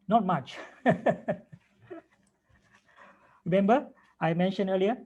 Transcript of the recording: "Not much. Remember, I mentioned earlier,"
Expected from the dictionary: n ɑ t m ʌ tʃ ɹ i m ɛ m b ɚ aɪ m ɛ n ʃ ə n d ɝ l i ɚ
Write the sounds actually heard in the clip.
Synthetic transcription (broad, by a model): n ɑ t m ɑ tʃ ɹ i m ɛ m b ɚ aɪ m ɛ n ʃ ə n ɝ l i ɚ